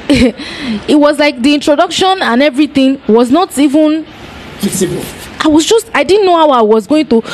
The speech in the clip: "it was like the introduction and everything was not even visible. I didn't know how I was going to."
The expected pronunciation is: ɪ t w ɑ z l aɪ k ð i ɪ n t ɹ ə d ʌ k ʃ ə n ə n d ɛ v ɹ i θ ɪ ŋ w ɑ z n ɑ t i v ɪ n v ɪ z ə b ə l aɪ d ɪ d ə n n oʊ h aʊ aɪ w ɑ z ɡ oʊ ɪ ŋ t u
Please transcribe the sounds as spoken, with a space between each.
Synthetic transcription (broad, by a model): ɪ t w ɑ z l aɪ k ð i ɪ n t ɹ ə d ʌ k ʃ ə n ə n ɛ v ɹ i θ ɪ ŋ w ɑ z n ɑ t i v ɪ n p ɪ s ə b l aɪ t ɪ d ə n n oʊ h aʊ aɪ w ɑ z ɡ oʊ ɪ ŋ t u